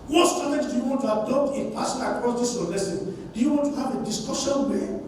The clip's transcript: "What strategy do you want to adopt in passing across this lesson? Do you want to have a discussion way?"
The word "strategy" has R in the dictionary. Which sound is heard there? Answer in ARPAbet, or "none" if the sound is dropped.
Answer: none